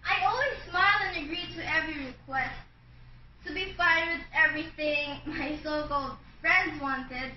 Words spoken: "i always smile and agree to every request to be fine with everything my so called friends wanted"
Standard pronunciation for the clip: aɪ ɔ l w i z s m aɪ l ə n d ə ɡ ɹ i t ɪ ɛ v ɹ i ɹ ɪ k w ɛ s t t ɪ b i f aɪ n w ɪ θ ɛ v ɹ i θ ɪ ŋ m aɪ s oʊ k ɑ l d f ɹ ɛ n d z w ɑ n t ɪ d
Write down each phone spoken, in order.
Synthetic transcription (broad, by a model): aɪ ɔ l w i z s m aɪ l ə n ə ɡ ɹ i t ɪ ɛ v ɹ i ɹ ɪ k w ɛ s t t ɪ b i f aɪ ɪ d ɛ v ɹ i θ ɪ ŋ m aɪ s oʊ k ɑ l d f ɹ ɛ n d z w ɑ n t ɪ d